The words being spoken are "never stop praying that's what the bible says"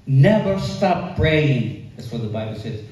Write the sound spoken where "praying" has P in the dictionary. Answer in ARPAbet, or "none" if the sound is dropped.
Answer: B